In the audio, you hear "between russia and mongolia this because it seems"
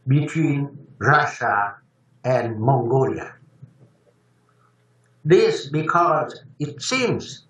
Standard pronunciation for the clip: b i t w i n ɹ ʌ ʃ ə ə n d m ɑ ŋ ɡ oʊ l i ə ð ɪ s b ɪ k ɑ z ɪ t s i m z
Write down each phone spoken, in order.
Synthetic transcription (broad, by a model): b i t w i n ɹ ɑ ʃ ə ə n m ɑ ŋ ɡ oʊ l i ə ð ɪ s b ɪ k ɑ z ɪ t s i m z